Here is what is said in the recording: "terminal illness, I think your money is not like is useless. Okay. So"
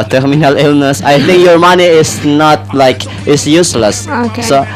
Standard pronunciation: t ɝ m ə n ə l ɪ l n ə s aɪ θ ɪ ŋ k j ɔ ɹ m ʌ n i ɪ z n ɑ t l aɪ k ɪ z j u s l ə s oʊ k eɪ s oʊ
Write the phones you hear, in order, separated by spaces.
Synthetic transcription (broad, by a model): t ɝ m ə n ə l ɪ l n ə s aɪ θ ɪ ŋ k j ɔ ɹ m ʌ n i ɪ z n ɑ t l aɪ k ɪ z j u s l ə s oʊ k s oʊ